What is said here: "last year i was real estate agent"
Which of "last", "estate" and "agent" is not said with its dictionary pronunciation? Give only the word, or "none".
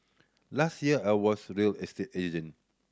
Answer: agent